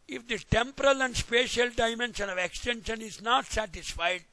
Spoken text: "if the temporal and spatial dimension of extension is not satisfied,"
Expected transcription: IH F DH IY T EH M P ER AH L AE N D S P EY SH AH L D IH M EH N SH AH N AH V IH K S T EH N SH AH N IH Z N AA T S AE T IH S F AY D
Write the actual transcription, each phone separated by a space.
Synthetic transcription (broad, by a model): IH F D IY T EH M P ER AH L AE N D S P EY SH AH L D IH M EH N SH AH N AH V IH K S T EH N SH AH N IH Z N AA T S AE T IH S F AY D